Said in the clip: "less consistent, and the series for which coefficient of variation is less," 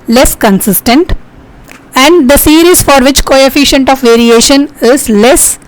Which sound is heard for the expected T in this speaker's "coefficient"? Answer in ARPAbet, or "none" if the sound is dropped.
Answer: T